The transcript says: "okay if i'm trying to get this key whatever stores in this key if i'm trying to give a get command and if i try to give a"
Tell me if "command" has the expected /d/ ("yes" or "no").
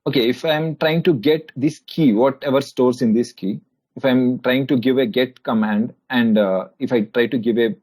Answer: yes